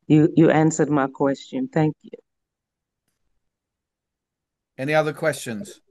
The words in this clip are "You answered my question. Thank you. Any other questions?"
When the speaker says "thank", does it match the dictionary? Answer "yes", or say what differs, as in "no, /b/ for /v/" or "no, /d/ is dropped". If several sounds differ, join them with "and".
yes